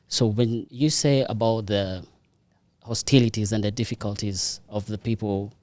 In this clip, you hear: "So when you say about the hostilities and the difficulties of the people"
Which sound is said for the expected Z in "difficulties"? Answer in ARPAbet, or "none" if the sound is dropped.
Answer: Z